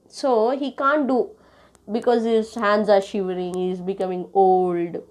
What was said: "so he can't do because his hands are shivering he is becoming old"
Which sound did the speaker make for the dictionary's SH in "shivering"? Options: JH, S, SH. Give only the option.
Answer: SH